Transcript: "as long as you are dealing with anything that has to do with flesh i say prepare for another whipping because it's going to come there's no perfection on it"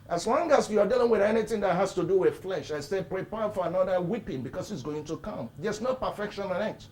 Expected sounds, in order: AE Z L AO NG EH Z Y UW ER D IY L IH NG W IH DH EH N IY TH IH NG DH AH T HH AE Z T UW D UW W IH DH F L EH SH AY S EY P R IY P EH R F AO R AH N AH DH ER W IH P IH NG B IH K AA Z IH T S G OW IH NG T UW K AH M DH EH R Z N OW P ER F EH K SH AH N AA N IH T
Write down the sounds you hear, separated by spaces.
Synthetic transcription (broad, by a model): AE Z L AO NG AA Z Y UW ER D IY L IH NG W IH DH EH N IY TH IH NG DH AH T HH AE S T UW D UW W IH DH F L EH SH AY S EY P R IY P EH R F AO R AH N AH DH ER W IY P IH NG B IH K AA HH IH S G OW IH NG T UW K AH M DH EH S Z N OW P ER F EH K SH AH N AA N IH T